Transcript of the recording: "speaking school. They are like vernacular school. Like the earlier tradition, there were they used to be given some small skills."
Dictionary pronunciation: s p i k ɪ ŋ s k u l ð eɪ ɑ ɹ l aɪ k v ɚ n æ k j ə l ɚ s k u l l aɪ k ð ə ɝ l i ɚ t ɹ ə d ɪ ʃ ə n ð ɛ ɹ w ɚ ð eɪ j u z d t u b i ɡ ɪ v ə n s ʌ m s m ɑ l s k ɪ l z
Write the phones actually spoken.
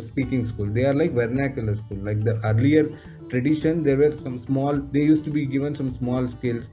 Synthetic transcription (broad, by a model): s p i k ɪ ŋ s k u l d eɪ ɑ ɹ l aɪ k v ɚ n æ k j ə l ɚ s k u l l aɪ k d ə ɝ l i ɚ t ɹ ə d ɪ ʃ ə n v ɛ ɹ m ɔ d eɪ j u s t u b i ɡ ɪ v ə n s ʌ m s m ɑ l s k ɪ l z